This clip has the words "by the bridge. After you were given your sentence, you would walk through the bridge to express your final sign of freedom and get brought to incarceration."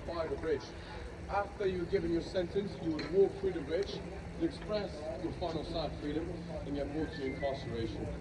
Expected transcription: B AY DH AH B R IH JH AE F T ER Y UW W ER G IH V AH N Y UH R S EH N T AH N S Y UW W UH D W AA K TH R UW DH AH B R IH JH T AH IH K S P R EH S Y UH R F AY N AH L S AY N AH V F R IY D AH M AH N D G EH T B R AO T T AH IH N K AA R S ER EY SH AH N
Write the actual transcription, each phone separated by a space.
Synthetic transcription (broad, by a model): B AY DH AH B R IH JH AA F T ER Y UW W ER G IH V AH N Y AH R S EH N T AH N S Y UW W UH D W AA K F R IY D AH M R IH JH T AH IH K S P R EH S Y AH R F AY N AH L S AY AH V F R IY D AH M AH N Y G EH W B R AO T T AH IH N K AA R S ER EY SH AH N